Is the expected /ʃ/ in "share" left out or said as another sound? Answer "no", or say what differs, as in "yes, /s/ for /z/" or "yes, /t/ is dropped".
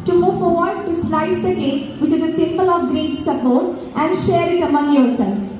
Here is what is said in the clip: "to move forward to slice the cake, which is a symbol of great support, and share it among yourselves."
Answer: no